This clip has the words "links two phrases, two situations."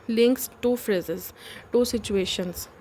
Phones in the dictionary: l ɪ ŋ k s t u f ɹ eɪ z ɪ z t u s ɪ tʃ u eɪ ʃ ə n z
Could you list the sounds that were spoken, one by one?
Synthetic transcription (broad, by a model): l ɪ ŋ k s t u f ɹ eɪ z ɪ z t u s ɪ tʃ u eɪ ʃ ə n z